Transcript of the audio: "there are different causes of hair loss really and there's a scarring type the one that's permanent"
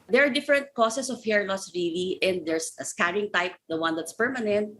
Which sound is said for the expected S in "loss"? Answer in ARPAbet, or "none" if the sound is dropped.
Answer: S